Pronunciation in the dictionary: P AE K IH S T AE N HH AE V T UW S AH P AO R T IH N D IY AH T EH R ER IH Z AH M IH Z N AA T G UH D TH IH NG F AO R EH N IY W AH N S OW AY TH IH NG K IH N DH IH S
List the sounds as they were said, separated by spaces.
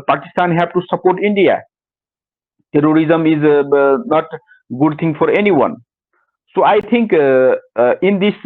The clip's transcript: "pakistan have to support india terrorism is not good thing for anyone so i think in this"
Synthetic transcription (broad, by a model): P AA K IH S T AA N HH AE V T UW S AH P AO R T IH N D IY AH T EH R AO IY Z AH M IH Z N AA T G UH D T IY NG F AO R EH N IY W AH N S OW AY T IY NG K IH N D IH S